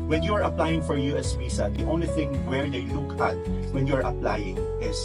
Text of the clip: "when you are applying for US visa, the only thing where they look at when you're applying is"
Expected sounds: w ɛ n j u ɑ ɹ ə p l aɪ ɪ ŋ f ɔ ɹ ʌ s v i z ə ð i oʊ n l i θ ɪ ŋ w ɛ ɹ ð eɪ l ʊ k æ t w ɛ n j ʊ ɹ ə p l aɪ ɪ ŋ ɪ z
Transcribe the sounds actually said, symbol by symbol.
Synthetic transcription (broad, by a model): w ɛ n j u ɑ ɹ ə p l aɪ ɪ ŋ f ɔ ɹ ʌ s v i s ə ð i oʊ n l i θ ɪ ŋ w ɛ ɹ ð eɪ l ʊ k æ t w ɛ n j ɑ ɹ ə p l aɪ ɪ ŋ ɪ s